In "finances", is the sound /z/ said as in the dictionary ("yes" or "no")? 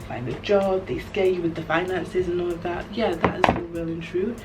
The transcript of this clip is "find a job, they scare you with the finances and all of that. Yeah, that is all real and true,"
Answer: yes